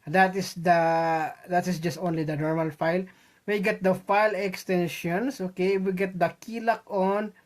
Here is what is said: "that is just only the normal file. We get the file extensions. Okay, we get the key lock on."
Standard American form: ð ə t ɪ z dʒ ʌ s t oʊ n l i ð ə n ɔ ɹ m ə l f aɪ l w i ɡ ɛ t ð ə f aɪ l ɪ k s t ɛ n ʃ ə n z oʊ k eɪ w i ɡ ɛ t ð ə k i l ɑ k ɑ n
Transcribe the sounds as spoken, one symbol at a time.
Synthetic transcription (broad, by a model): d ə t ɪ s dʒ ʌ s t oʊ n l i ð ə n ɔ ɹ m ə l f aɪ l w i ɡ ɛ t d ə f aɪ l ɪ k s t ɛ n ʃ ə n s oʊ k eɪ w i ɡ ɛ t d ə k i l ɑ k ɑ n